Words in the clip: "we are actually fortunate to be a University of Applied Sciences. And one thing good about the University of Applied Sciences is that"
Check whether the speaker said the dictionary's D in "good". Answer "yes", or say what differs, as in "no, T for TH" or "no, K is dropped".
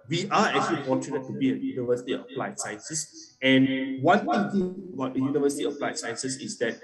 no, D is dropped